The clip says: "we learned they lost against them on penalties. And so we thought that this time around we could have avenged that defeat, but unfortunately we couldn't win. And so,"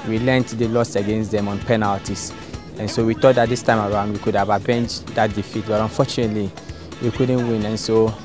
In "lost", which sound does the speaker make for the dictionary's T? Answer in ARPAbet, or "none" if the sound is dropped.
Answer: none